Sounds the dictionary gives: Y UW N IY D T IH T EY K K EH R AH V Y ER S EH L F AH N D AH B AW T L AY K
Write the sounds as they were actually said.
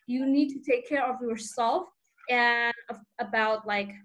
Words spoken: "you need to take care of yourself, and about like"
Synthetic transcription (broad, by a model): Y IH N IY D T IH T EY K K EH R AH V Y ER S EH L F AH N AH AH B AW T L AY K